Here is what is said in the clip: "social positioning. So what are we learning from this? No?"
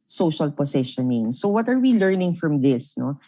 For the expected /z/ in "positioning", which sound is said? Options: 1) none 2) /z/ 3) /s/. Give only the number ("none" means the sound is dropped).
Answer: 3